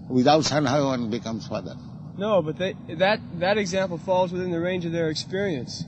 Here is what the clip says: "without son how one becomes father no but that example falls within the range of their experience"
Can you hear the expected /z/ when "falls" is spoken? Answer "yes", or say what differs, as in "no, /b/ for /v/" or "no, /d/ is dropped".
yes